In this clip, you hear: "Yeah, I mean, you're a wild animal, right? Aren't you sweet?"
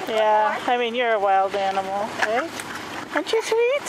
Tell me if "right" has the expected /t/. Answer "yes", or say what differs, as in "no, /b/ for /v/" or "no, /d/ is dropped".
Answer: no, /t/ is dropped